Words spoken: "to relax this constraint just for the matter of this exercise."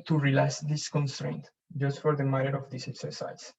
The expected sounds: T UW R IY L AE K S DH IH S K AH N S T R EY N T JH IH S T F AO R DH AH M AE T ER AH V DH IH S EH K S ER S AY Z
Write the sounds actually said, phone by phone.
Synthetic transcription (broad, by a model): T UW R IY L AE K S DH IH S K AH N S T R EY N T JH IH S T F AO R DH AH M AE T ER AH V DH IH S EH K S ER S AY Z